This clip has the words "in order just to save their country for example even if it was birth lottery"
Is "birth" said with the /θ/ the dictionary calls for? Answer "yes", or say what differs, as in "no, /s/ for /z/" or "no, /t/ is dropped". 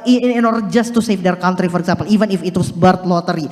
no, /t/ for /θ/